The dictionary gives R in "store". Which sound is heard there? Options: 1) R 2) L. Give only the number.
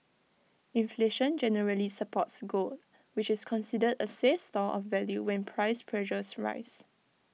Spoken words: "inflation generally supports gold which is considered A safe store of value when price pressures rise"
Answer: 2